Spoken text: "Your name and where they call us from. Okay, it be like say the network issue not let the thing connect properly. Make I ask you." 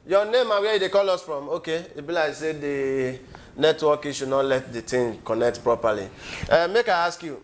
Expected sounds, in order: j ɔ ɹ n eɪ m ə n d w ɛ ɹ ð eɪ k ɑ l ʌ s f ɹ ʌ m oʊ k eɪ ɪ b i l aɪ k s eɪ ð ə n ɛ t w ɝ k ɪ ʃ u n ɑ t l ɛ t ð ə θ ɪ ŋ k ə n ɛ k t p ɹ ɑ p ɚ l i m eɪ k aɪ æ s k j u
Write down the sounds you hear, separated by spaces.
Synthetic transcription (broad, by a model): j ɔ n eɪ m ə w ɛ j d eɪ k ɑ l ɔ s f ɹ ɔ m oʊ k eɪ ɪ b i l aɪ s eɪ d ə n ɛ t w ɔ k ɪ ʃ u n ɑ t l ɛ t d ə t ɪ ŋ k ə n ɛ k t p ɹ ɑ p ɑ l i m eɪ k aɪ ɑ s k j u